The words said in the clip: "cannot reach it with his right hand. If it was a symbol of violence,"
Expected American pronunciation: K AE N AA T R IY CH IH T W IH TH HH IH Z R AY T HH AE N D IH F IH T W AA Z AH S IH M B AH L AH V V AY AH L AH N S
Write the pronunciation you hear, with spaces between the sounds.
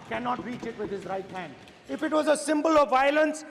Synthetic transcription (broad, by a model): K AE N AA T R IY CH IH T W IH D HH IH Z R AY T HH AE N D IH F IH T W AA Z AH S IH M B AH L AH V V AY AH L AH N S